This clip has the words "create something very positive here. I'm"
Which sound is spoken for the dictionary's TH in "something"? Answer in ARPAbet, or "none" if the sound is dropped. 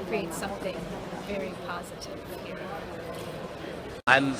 TH